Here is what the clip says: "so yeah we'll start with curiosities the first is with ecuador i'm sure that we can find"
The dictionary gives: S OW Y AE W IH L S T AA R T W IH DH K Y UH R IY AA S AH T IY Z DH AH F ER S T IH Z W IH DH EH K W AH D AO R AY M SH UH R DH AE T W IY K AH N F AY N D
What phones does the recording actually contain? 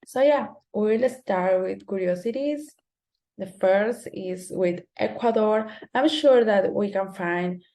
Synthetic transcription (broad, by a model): S OW Y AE W IH L S T AA R T W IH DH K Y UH R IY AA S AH T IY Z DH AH F ER S T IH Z W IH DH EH K W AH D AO R AY M SH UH R DH AE T W IY K AH N F AY N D